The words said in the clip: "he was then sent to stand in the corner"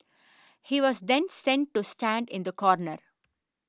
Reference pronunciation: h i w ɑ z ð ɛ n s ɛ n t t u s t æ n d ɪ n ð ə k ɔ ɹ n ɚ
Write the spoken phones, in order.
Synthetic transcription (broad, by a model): h i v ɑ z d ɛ n s ɛ n t t u s t æ n d ɪ n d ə k ɔ ɹ n ɚ